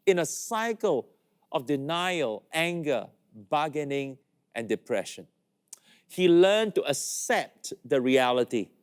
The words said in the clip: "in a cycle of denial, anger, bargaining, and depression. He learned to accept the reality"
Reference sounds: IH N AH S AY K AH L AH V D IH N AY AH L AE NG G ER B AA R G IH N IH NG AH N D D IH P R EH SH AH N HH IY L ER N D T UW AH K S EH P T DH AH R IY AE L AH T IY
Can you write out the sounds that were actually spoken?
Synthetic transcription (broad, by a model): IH N AH S AY K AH L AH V D IH N AY AH L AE NG G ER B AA G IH N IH NG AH N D D IH P R EH SH AH N HH IY L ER N T UW AH K S EH P T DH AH R IY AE L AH T IY